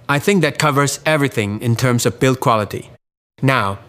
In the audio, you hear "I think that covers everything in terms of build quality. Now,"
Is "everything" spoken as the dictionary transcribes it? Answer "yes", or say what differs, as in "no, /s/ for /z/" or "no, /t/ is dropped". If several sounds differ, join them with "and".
yes